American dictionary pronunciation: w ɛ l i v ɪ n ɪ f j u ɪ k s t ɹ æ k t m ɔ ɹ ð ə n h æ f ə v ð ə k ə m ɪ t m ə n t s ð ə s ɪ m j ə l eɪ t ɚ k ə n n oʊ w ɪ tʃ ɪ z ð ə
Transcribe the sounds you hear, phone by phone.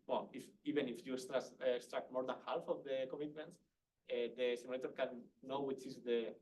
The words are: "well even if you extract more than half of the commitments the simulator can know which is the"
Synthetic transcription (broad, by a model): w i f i b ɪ n ɪ f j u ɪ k s t ɹ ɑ k t m ɔ ɹ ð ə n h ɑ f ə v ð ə k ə m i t m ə n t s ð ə s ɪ m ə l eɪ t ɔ k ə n n oʊ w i tʃ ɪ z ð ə